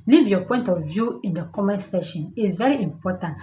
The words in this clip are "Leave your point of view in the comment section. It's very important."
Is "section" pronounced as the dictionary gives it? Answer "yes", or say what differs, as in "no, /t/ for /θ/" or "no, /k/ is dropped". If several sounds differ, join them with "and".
no, /k/ is dropped